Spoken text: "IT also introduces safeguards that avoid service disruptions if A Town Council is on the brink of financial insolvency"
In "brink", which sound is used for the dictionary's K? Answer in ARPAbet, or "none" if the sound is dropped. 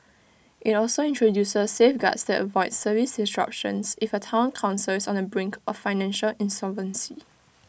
K